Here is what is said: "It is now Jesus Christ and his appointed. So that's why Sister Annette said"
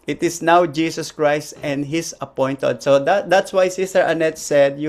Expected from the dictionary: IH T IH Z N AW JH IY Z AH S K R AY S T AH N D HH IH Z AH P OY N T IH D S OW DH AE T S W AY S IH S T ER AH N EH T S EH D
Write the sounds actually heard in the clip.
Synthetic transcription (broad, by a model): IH T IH S N AW JH IY S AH S K R AY S T AH N D HH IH S AH P OY N T IH D S OW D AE T S W AY S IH S T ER AH N EH T S EH D